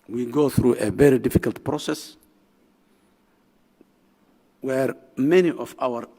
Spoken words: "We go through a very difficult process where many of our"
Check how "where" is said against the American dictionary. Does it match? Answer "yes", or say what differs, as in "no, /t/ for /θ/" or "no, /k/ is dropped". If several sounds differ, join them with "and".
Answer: yes